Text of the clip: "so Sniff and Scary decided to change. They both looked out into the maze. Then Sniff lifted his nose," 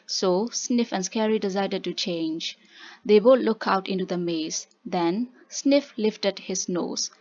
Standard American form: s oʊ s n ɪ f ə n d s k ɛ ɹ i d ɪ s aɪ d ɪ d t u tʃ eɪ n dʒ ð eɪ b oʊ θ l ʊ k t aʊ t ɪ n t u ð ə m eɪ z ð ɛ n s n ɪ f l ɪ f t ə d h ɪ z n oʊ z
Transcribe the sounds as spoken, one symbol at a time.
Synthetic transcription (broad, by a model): s oʊ s n ɪ f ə n s k ɛ ɹ i d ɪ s aɪ d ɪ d t u tʃ eɪ n dʒ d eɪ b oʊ t l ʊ k aʊ t ɪ n t u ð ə m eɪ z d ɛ n s n ɪ f l ɪ f t ə d h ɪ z n oʊ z